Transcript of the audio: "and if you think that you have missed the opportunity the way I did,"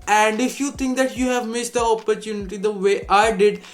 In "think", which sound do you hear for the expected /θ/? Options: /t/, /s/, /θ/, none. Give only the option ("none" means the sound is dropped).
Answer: /t/